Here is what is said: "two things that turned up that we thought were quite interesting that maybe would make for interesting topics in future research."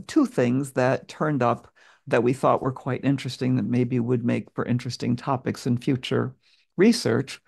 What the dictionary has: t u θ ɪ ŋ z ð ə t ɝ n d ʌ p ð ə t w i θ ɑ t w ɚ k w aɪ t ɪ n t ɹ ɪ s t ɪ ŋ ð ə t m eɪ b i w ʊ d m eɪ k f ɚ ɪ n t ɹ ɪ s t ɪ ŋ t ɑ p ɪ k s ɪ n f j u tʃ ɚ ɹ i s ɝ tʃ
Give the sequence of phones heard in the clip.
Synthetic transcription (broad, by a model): t u θ ɪ ŋ z ð ə t ɝ n d ʌ p ð ə t w i θ ɑ t w ɚ k w aɪ t ɪ n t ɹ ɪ s t ɪ ŋ ð ə t m eɪ b i w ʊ d m eɪ k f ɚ ɪ n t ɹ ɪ s t ɪ ŋ t ɑ p ɪ k s ɪ n f j u tʃ ɚ ɹ i s ɝ tʃ